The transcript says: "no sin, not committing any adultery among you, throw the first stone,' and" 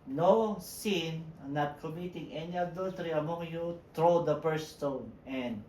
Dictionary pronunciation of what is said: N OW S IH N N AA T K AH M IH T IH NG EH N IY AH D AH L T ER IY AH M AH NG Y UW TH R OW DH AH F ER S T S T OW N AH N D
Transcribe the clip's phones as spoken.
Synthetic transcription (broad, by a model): N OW S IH N N AA T K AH M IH T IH NG EH N IY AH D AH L T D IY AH M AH NG Y UW T R OW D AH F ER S S T OW N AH N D